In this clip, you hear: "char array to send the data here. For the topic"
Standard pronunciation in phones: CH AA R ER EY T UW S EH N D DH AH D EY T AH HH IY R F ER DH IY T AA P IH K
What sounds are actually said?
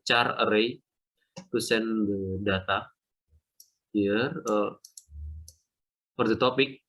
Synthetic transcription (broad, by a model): CH AA R ER EY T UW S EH N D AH D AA T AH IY R P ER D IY T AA P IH K